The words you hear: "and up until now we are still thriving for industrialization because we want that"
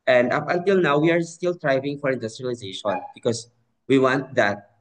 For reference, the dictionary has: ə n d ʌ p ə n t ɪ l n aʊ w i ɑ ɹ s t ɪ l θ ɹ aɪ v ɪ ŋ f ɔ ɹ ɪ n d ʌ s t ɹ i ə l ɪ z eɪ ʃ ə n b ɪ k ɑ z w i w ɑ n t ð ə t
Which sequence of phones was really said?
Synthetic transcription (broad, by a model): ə n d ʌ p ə n t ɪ l n aʊ w i ɑ ɹ s t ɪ l t ɹ aɪ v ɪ ŋ f ɔ ɹ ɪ n d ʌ s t ɹ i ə l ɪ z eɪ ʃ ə n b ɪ k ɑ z w i w ɑ n t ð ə t